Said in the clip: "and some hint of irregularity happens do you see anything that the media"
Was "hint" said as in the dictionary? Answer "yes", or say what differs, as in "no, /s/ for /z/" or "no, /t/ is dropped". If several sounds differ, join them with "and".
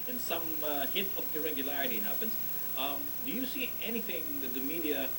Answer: no, /n/ is dropped